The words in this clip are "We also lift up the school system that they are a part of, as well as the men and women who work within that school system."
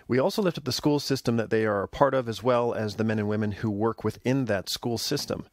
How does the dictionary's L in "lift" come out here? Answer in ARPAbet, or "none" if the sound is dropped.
L